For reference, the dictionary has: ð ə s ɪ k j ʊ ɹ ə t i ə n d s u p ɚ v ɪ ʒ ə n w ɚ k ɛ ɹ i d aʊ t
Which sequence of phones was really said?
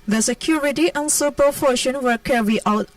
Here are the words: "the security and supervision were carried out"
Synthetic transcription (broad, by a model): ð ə s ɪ k j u ɹ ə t i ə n s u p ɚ f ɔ ʃ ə n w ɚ k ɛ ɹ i aʊ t